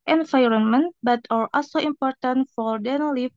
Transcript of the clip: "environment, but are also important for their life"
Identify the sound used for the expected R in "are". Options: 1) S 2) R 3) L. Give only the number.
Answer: 3